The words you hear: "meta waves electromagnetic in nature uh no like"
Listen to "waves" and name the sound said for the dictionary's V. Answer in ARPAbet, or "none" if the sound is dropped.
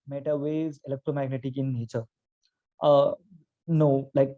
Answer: none